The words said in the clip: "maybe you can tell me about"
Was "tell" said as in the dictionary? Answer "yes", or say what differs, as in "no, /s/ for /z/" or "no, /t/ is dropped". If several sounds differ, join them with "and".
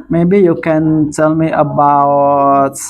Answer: yes